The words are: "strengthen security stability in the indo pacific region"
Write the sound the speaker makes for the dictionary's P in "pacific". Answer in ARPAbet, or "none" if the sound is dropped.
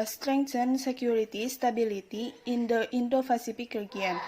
F